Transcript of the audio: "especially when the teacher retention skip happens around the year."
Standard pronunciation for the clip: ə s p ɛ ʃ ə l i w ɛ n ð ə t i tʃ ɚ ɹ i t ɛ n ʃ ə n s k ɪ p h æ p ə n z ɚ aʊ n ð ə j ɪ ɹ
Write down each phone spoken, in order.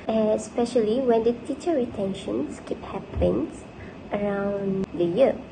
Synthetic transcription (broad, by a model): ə s p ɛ ʃ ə l i w ɛ n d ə t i tʃ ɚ ɹ i t ɛ n ʃ ə n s k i p h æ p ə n s ɚ aʊ n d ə j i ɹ